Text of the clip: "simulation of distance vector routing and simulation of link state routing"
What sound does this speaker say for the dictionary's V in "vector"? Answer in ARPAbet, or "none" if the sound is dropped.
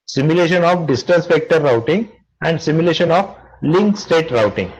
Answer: P